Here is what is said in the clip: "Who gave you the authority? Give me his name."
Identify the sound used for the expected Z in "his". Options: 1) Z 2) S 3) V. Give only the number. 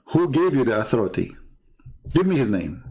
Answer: 1